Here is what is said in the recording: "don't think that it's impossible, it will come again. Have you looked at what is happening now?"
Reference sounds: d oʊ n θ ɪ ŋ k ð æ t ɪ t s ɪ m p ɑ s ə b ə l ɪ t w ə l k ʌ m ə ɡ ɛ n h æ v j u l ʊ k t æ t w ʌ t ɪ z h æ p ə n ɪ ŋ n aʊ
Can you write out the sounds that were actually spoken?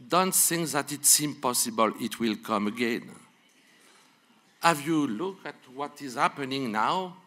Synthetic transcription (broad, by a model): d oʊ n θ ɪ ŋ k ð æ t ɪ t s ɪ m p ɑ s ə b ə l ɪ t w ə l k ʌ m ə ɡ ɛ n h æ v j u l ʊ k æ t w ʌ t ɪ z h æ p ə n ɪ ŋ n aʊ